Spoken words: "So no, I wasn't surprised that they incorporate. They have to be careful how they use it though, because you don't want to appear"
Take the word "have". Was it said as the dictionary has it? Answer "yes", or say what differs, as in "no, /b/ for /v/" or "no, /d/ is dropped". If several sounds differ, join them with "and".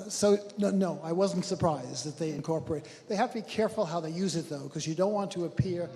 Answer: no, /f/ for /v/